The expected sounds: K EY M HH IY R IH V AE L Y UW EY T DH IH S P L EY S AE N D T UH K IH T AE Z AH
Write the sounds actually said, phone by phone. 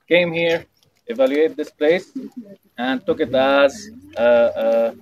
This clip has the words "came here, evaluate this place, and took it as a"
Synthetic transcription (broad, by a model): K EY M HH IY R IH V AE L Y UW EY T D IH S P L EY S AE N D T UH K IH T AE Z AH